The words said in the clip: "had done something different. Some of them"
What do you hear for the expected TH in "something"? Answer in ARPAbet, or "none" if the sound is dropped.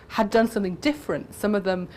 TH